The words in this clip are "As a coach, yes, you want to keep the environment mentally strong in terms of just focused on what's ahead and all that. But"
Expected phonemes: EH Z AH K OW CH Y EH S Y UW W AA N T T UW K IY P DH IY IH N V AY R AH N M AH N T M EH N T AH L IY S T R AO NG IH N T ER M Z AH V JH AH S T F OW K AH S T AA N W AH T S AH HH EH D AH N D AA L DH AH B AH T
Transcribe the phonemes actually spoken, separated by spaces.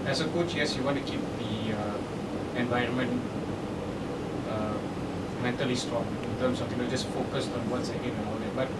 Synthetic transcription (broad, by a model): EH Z AH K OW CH Y EH S Y UW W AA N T T UW K IY P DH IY IH N V AY R AH N M AH N T M EH N T AH L IY S T R AO NG IH N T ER M S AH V JH AH S T F OW K AH S T AA N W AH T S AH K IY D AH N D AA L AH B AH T